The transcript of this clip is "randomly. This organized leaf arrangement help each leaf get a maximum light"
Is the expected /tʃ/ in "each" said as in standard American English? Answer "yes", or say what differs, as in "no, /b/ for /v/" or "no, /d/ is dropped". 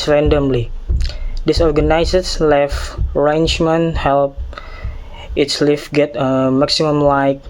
no, /s/ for /tʃ/